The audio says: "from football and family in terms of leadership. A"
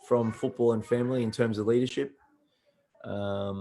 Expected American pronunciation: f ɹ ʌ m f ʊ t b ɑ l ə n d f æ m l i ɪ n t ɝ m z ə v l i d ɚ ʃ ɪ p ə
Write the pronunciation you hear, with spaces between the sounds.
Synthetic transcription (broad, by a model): f ɹ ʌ m f ʊ t b ɑ l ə n f æ m l i ɪ n t ɝ m z ə v l i d ɚ ʃ ɪ p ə